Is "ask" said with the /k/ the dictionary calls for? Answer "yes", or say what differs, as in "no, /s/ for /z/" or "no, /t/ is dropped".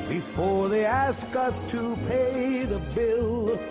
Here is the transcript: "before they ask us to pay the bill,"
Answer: yes